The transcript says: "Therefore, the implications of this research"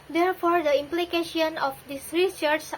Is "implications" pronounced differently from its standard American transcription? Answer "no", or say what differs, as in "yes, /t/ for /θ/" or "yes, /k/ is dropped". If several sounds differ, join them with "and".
yes, /z/ is dropped